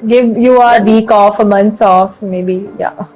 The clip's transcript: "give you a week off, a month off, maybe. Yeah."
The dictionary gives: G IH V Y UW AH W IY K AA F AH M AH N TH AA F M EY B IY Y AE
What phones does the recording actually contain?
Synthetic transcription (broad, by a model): G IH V Y UW AH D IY K AA F AH M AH N S AA F M EY B IY Y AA